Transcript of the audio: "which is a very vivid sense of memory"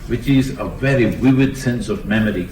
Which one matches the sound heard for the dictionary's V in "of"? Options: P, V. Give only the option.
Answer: V